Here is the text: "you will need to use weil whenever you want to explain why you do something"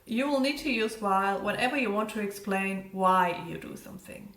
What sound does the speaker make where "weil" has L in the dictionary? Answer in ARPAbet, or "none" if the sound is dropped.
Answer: L